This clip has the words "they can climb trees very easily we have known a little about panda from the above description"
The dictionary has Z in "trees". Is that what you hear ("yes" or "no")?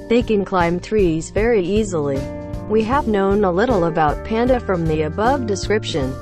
yes